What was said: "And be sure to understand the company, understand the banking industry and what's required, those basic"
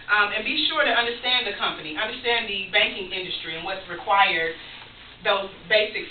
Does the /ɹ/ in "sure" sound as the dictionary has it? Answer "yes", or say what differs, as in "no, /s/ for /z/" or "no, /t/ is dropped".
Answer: yes